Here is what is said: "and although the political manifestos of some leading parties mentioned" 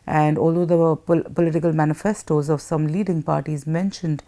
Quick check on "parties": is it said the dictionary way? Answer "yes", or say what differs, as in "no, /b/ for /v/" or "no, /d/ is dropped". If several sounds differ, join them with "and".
yes